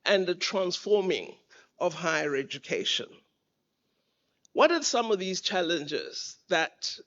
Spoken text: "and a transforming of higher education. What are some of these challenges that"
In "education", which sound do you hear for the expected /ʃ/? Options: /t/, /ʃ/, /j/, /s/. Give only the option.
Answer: /ʃ/